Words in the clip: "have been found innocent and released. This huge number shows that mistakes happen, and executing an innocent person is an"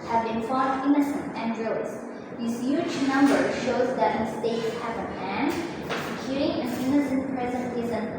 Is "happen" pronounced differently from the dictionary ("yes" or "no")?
yes